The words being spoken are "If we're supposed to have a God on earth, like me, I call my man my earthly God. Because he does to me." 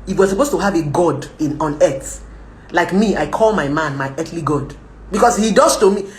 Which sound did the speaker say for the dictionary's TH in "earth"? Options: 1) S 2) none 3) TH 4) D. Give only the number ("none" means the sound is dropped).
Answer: 1